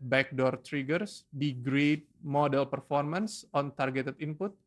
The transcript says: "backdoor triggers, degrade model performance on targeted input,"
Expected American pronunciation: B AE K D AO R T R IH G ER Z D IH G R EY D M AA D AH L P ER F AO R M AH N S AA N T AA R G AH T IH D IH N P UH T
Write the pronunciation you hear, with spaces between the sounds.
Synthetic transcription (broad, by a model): B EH K D AO R T R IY G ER S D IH G R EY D M AA D AH L P ER F AO R M AH N S AA N T AA R G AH T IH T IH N P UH T